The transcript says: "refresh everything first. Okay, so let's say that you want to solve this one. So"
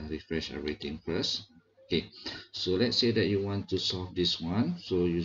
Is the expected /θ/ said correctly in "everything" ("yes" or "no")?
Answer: no